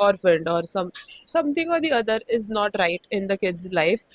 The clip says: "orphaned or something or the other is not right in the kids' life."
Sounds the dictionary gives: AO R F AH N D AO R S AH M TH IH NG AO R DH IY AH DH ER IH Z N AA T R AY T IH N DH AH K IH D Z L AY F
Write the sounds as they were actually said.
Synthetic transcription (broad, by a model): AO R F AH N D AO R S AH M T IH NG AO R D IY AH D ER IH Z N AA T R AY T IH N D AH K IH D Z L AY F